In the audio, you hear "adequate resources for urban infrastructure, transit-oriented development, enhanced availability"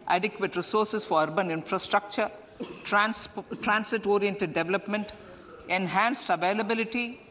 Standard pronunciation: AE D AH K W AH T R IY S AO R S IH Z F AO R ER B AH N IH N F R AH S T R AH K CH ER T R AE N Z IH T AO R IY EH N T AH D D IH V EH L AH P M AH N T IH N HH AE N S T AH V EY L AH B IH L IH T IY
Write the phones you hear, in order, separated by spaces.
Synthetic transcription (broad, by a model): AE D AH K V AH T R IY S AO R S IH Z F AO R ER B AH N IH N F R AH S T R AH K CH ER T R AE N S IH T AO R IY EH N T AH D D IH V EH L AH P M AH N T IH N HH AE N S T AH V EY L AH B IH L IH T IY